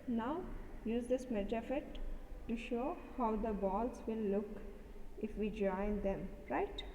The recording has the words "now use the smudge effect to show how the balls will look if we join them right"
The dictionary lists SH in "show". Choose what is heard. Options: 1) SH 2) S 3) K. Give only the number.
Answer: 1